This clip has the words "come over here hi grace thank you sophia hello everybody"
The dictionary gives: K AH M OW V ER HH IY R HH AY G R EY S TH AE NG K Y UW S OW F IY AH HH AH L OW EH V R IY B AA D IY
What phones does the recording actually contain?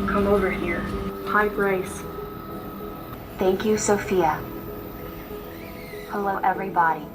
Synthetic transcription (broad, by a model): K AH M OW V ER HH IY R HH AY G R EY S TH AE NG K Y UW S OW F IY AH HH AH L OW EH V R IY B AA D IY